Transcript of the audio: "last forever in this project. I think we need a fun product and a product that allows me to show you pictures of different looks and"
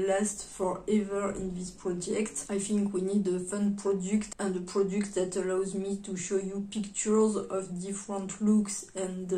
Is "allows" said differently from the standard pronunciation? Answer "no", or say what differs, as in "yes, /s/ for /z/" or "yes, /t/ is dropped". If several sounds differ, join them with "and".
no